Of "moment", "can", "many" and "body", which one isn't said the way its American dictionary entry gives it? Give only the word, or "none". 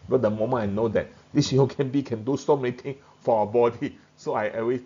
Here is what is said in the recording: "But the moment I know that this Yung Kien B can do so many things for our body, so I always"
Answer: moment